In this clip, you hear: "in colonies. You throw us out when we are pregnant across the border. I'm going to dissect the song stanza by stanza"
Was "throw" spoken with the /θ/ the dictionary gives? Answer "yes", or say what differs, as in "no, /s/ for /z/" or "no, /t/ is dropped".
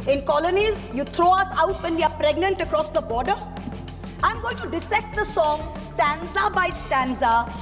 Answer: no, /t/ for /θ/